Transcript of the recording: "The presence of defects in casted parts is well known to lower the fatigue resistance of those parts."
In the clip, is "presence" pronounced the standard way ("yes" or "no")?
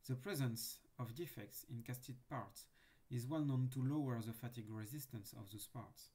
yes